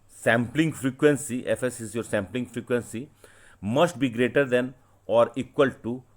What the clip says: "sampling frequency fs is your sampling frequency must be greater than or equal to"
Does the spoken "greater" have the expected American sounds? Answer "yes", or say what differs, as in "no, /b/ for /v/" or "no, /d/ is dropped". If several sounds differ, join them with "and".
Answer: yes